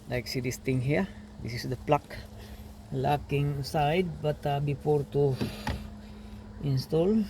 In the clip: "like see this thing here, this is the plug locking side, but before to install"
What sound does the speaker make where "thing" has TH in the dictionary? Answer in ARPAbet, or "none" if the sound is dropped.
T